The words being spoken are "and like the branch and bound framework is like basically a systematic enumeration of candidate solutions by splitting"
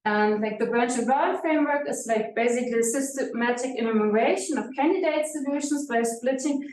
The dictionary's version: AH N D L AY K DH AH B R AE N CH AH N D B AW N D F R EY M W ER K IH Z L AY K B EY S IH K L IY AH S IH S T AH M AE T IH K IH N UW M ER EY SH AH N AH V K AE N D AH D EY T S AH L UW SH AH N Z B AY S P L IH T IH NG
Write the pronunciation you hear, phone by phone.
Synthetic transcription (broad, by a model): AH N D L AY K DH AH B R AE N CH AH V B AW F R EY M W ER K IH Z L AY K B EY S IH K L IY AH S IH S T AH M AE T IH K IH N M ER EY SH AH N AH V K AE N D AH D EY T S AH L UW SH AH N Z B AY S P L IH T IH NG